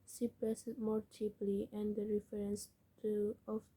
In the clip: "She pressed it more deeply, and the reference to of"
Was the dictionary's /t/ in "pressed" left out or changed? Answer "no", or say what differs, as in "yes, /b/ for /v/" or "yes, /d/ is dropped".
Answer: yes, /t/ is dropped